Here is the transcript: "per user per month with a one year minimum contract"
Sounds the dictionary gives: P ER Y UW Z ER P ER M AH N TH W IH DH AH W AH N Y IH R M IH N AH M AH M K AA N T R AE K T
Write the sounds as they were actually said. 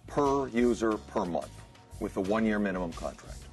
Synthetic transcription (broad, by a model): P ER Y UW Z ER P ER M AH N TH W IH DH AH W AH N Y IH R M IH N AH M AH M K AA N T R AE K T